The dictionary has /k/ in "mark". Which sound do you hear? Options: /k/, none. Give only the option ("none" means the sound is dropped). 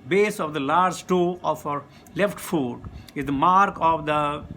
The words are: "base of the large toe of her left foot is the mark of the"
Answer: /k/